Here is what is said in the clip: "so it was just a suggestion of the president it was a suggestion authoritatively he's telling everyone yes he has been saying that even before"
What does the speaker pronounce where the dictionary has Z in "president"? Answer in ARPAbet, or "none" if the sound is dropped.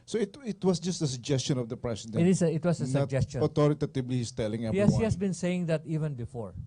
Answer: S